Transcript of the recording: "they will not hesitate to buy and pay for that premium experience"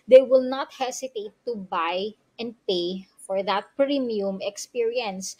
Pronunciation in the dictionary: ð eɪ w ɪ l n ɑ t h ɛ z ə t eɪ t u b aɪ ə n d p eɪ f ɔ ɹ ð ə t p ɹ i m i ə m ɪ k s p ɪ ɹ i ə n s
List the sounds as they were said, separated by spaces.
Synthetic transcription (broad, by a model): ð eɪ w ɪ l n ɑ t h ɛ s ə t eɪ t u b aɪ ə n d p eɪ f ɔ ɹ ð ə t p ɹ i m i ə m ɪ k s p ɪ ɹ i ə n s